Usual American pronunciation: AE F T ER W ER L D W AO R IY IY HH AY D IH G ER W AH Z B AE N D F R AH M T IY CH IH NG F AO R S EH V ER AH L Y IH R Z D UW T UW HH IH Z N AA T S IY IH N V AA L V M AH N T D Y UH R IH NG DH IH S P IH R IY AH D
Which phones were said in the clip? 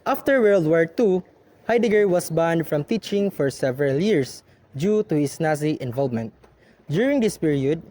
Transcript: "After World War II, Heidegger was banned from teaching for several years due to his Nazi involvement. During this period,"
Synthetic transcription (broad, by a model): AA F T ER W ER L D W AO R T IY HH AY D IH G ER W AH S B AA N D F R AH M T IY CH IH NG F AO R S EH V ER AH L Y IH R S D UW T UW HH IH S N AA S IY IH N V AA L V M AH N T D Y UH R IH NG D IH S P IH R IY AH D